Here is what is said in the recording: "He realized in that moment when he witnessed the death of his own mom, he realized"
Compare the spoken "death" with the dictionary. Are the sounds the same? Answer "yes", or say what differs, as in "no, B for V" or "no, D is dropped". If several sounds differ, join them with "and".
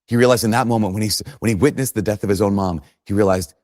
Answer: yes